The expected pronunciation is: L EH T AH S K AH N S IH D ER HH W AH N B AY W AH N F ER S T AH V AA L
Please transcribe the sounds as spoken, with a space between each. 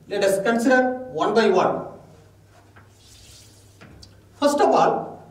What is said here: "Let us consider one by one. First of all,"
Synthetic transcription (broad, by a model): L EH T AH S K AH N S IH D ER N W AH N B AY W AH N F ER S T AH P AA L